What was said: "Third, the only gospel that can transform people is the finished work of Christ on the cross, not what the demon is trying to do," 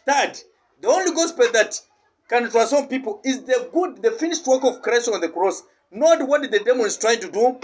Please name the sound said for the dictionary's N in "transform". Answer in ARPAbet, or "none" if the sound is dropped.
none